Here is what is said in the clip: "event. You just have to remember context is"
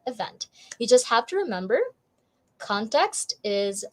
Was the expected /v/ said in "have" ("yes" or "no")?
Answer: no